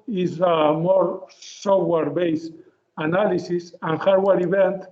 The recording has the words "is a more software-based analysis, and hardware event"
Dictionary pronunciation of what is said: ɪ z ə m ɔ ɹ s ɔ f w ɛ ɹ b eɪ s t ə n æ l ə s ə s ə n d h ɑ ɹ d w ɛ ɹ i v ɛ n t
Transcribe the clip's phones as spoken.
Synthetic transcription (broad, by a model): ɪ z ə m ɔ ɹ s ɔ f w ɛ ɹ b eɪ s ə n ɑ l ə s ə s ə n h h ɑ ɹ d w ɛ ɹ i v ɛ n t